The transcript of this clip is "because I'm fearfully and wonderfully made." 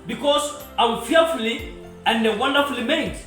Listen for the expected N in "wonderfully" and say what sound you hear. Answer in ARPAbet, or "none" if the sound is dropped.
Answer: N